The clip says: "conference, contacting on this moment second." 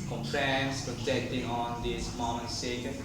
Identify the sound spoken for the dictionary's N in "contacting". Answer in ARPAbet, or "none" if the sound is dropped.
none